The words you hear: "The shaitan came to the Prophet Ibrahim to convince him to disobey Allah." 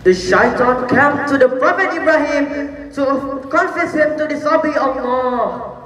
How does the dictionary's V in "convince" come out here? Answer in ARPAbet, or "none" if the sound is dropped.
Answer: F